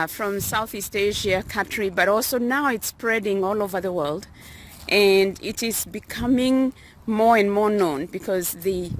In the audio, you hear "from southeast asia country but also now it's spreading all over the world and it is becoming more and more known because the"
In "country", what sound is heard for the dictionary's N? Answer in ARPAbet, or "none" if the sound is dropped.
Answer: none